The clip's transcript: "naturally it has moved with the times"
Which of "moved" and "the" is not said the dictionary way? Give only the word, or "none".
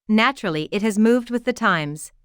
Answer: none